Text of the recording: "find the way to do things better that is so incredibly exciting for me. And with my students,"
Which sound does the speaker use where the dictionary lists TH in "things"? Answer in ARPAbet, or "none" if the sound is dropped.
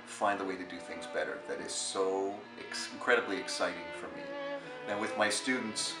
TH